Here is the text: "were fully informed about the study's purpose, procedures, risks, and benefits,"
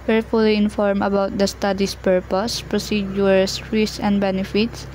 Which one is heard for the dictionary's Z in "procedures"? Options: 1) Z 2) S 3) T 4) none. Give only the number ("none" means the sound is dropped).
4